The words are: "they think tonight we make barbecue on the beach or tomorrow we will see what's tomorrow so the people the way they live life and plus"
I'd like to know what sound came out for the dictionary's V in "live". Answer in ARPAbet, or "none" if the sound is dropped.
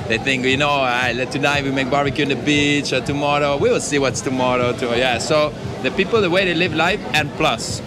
V